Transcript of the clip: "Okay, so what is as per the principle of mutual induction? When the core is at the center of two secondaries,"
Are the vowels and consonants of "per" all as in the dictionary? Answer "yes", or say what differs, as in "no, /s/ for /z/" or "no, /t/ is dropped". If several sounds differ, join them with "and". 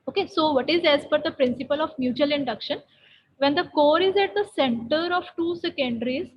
no, /f/ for /p/